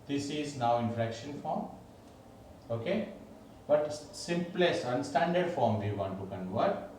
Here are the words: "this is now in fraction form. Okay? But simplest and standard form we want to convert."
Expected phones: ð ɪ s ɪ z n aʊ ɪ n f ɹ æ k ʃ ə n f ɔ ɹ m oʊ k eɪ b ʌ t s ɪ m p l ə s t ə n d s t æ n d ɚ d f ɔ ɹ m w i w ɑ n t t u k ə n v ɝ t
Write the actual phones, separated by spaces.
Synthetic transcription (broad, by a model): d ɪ s ɪ z n aʊ ɪ n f ɹ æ k ʃ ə n f ɔ ɹ m oʊ k eɪ b ʌ t s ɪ m p l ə s ə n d s t æ n d ɚ d f ɔ ɹ m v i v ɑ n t t u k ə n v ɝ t